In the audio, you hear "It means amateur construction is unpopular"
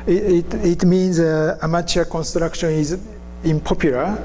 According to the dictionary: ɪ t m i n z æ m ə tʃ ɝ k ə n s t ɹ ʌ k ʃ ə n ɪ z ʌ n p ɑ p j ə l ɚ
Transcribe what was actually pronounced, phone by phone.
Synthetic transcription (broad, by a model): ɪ t m i n z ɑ m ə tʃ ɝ k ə n s t ɹ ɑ k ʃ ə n ɪ z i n p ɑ p j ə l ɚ